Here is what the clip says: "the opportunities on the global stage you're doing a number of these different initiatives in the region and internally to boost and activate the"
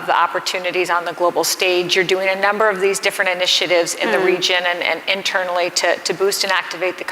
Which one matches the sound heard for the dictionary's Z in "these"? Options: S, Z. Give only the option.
Z